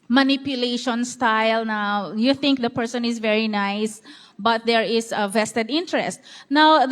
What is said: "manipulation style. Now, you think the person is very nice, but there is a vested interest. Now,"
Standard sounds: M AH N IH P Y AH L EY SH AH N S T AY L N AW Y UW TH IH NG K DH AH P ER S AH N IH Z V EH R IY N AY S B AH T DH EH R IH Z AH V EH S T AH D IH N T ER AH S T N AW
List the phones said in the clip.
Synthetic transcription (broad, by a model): M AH N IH P Y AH L EY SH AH N S T AY L N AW Y UW TH IH NG K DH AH P ER S AH N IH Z V EH R IY N AY S B AH T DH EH R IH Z AH V EH S T AH D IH N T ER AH S T N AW